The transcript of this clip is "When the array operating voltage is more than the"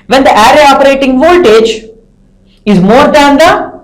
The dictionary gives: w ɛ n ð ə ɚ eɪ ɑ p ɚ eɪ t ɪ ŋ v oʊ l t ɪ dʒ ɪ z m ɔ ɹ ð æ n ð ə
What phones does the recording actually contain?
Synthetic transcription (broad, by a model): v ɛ n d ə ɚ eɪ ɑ p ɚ eɪ t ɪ ŋ v oʊ l t ɪ dʒ ɪ z m ɔ ɹ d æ n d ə